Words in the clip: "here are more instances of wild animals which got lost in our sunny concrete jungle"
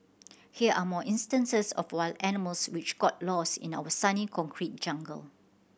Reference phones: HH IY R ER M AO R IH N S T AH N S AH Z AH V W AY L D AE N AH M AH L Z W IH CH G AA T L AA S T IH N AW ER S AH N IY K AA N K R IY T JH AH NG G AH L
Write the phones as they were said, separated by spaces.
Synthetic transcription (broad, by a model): HH IY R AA M AO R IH N S T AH N S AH S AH F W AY L AE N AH M AH L S W IH CH G AA T L AA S IH N AW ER S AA N IY K AA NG K R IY T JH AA NG G AH L